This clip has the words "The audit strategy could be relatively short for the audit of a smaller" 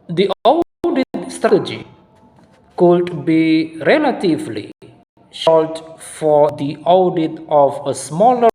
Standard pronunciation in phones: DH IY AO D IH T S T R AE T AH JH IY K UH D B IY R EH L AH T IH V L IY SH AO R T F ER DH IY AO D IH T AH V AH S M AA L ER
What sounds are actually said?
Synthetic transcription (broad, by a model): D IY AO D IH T S T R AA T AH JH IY K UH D B IY R EH L AH T IH V L IY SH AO L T F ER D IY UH D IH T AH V AH S M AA L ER